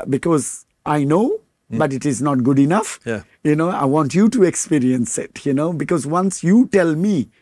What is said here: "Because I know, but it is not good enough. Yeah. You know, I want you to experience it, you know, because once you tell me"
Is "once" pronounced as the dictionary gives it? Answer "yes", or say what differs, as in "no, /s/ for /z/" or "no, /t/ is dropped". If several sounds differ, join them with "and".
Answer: yes